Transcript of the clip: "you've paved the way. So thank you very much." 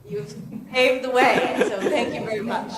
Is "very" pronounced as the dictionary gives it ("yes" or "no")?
yes